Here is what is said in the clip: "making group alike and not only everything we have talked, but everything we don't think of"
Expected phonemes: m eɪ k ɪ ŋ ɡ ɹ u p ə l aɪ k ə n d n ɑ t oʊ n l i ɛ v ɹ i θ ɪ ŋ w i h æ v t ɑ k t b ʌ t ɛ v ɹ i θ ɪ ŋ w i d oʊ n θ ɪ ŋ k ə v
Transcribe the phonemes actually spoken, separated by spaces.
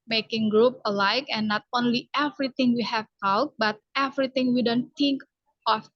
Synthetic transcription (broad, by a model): m eɪ k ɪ ŋ ɡ ɹ u p ə l aɪ k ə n n ɑ t oʊ n l i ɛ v ɹ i t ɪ ŋ w i h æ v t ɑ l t b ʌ t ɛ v ɹ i t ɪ ŋ w i d oʊ n t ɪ ŋ k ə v